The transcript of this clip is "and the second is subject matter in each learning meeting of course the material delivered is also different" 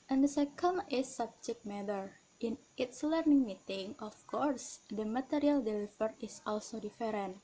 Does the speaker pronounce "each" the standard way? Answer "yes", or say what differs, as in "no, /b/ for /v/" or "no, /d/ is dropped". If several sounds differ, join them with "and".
no, /s/ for /tʃ/